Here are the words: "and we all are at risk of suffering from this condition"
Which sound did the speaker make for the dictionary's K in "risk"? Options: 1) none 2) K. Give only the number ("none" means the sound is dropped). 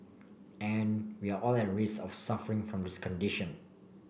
1